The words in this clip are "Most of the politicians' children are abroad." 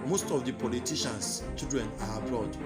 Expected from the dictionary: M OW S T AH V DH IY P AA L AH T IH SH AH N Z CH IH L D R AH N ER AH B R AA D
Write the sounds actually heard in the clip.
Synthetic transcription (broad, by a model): M OW S T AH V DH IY P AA L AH T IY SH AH N S CH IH D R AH N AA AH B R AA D